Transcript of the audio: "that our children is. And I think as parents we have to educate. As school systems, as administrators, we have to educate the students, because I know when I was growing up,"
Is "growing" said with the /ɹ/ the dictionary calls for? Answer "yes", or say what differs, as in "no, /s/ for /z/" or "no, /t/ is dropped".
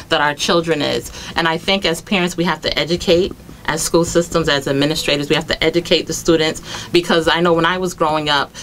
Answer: yes